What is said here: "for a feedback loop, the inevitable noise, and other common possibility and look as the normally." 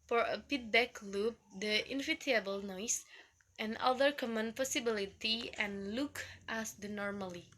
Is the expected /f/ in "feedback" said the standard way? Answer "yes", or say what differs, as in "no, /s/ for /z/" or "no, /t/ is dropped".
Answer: no, /p/ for /f/